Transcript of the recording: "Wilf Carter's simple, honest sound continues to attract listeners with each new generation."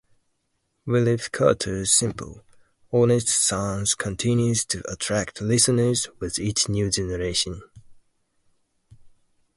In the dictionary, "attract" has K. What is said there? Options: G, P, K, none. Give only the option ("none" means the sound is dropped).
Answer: K